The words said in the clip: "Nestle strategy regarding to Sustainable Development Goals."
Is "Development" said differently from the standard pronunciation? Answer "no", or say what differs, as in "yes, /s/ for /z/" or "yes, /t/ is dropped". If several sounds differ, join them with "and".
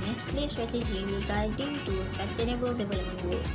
yes, /b/ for /v/